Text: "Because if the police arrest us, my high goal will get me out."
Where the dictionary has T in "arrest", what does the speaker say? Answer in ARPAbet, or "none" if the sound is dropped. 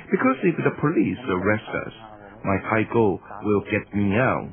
T